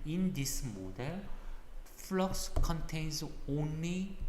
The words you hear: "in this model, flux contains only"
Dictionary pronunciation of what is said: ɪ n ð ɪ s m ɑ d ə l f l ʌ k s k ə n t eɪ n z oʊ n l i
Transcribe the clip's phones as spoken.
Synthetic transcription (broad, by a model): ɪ n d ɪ s m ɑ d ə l f l ʌ k s k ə n t eɪ n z oʊ n l i